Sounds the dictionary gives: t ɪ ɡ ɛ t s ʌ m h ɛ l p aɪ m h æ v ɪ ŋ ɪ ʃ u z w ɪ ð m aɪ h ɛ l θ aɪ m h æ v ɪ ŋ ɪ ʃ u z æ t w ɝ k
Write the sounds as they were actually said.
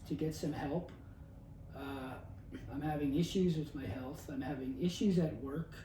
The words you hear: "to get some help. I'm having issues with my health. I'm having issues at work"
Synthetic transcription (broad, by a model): t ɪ ɡ ɛ t s ʌ m h ɛ l p aɪ m h æ v ɪ ŋ ɪ ʃ u z w ɪ ð m aɪ h ɛ l θ aɪ m h æ v ɪ ŋ ɪ ʃ u z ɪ t w ɝ k